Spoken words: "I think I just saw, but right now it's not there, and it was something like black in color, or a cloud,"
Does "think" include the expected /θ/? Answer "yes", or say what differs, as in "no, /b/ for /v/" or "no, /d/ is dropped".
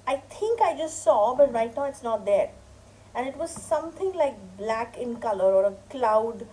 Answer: no, /t/ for /θ/